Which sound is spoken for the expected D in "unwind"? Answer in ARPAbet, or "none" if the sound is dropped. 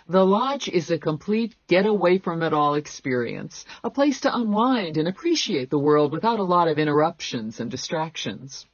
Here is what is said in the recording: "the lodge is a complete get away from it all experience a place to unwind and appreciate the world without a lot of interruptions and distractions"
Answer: D